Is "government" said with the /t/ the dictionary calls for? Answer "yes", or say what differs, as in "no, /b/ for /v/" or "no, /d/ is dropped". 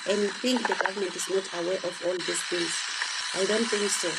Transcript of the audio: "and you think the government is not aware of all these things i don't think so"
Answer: yes